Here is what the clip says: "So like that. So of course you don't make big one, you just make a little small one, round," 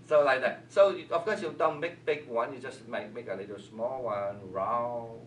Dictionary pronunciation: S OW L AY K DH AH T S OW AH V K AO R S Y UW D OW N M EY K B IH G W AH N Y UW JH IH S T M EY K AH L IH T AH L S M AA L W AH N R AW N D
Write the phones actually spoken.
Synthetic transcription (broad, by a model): S OW L AY K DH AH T S OW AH F K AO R S Y UW D OW N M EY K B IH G W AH N Y UW JH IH S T M EY K AH L IH T AH L S M AA L W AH N R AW